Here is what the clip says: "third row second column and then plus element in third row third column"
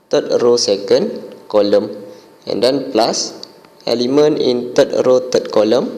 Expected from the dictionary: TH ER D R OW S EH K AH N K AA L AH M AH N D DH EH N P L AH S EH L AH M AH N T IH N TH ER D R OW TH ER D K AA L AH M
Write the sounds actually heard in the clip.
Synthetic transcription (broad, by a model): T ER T R OW S EH K AH N K AA L AH M AH N D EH N P L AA S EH L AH M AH N IH N T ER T R OW T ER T K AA L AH M